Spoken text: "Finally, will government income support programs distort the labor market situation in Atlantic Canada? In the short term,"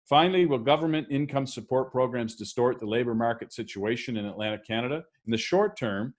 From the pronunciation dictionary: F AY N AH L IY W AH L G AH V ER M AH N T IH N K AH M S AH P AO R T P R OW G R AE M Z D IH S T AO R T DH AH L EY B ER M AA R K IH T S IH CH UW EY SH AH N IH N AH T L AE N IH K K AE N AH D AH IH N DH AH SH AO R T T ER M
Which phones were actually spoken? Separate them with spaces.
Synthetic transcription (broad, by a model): F AY N L IY W AH L G AH V ER M AH N T IH N K AH M S AH P AO R T P R OW G R AE M Z D IH S T AO R T DH AH L EY B ER M AA R K IH T S IH CH UW EY SH AH N IH N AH T L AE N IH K K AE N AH D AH IH N DH AH SH AO R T T ER M